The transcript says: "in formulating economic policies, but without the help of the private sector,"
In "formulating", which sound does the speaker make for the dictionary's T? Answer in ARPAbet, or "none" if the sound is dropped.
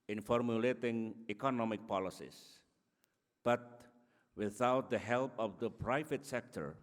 T